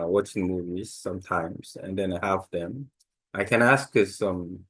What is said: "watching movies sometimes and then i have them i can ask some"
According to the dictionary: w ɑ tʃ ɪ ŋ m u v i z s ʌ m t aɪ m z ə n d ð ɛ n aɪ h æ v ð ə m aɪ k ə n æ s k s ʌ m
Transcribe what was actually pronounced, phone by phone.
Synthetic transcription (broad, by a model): w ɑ tʃ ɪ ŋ m u v i z s ʌ m t aɪ m z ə n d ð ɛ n aɪ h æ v ð ə m aɪ k ə n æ s k s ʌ m